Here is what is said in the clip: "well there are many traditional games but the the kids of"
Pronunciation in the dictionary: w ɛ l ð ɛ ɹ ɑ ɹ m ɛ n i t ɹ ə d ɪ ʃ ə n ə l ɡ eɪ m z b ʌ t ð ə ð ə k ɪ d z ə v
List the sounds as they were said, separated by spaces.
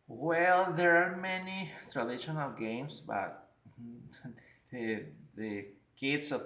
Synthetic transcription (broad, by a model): w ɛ l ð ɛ ɹ ɑ ɹ m ɛ n i t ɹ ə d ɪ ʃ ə n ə l ɡ eɪ m s b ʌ t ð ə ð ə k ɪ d s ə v